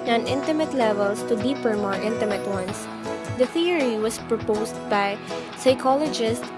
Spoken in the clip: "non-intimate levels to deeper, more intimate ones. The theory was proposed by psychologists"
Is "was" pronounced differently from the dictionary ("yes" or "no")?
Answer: yes